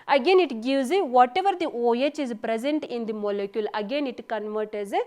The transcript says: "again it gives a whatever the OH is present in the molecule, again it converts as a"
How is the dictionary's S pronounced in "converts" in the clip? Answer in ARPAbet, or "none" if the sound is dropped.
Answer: none